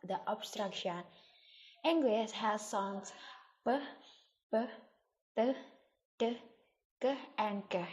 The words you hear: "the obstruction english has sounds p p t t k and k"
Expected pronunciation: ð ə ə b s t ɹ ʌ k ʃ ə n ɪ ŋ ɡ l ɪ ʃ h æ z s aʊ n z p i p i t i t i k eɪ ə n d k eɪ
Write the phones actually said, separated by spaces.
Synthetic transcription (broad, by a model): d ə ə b s t ɹ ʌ k ʃ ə n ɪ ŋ ɡ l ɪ s h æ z s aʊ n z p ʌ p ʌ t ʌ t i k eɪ ə n d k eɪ